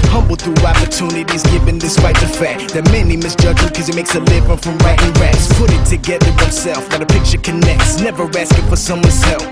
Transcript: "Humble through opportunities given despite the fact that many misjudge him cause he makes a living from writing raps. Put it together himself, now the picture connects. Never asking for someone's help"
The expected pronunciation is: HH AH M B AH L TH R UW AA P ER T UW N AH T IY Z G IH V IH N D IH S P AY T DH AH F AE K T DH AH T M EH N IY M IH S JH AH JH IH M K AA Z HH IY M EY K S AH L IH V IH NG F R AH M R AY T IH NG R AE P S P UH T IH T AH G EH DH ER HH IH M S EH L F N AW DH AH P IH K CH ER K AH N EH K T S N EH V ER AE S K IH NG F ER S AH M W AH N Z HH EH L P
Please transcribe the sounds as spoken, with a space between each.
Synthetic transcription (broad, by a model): HH AH M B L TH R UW AA P ER T UW N AH T IY Z G IH V IH N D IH S P AY T DH AH F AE K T DH AH T M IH N IY M IH S JH AH JH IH K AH Z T M EY K S AH L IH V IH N F R AH M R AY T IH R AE S P UH T IH T AH G EH DH ER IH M S EH L F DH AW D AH P IH K CH ER K AH N EH K T S N EH V ER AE S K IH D F ER S AH M W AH N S EH L